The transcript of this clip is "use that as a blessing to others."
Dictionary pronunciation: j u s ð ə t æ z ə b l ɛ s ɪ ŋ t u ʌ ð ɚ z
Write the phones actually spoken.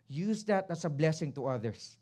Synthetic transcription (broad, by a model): j u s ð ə t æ s ə b l ɛ s ɪ ŋ t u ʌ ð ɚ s